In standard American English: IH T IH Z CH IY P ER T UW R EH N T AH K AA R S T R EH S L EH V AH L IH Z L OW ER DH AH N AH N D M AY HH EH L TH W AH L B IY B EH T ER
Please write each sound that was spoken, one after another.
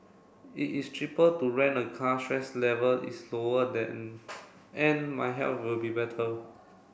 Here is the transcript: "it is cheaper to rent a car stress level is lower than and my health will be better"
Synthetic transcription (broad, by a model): IH T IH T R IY P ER T UW R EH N AH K AA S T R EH S L EH V AH L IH S L OW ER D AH N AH N M AY HH EH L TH W AH L B IY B EH T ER